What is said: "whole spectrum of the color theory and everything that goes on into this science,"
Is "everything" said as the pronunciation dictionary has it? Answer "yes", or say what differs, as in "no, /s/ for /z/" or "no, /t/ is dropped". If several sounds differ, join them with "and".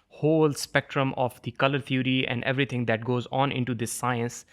no, /t/ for /θ/